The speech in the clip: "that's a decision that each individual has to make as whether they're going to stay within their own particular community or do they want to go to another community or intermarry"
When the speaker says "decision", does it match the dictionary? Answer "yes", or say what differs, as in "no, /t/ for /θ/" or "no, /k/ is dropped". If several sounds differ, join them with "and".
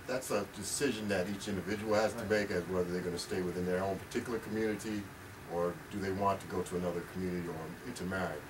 yes